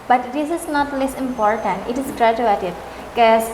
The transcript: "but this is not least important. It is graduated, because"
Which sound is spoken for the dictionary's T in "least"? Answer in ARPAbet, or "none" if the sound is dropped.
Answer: none